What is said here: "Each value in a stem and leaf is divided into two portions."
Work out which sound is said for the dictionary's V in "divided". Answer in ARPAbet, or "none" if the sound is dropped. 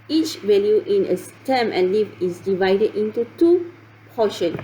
V